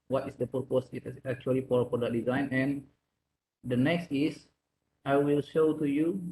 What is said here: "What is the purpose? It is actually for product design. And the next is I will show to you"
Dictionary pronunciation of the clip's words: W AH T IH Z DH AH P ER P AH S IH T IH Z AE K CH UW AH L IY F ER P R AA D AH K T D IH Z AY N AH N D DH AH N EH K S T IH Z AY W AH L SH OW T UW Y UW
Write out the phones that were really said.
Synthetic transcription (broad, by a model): W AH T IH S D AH P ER P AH S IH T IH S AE K CH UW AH L IY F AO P AA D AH T D IH Z AY N AH N D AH N EH K S T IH S AY W AH L SH OW T UW Y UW